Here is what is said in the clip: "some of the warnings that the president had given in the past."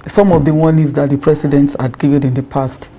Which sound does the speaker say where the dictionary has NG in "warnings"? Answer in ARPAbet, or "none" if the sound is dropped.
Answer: none